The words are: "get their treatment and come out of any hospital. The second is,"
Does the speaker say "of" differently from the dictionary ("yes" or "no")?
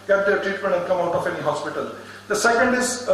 yes